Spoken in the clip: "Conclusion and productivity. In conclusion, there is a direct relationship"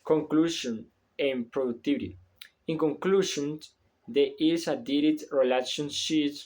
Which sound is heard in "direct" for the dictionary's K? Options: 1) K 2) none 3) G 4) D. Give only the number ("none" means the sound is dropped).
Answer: 2